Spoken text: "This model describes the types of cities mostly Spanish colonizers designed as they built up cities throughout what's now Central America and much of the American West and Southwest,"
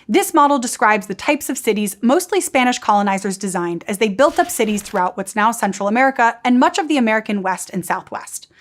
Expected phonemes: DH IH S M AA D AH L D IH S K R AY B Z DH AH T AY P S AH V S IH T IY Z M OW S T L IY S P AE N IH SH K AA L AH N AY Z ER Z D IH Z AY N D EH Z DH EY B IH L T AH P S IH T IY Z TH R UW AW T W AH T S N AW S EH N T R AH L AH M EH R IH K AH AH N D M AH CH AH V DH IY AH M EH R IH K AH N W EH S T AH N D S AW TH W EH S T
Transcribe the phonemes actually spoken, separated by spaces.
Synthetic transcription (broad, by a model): DH IH S M AA D L D IH S K R AY B Z DH AH T AY P S AH V S IH T IY Z M OW S T L IY S P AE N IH SH K AA L AH N AY Z ER Z D IH Z AY N D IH Z DH EY B IH L T AH P S IH T IY Z TH R UW AW T W AH T S N AW S EH N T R L AH M EH R IH K AH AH N M AH CH AH V DH IY AH M EH R IH K AH N W EH S T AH N S AW TH W EH S T